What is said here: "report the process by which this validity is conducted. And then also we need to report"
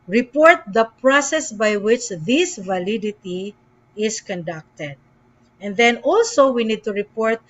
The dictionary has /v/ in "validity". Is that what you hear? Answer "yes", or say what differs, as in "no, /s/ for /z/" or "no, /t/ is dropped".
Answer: yes